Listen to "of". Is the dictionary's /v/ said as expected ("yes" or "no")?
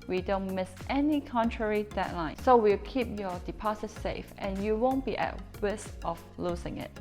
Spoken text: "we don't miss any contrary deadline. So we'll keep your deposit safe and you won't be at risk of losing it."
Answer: no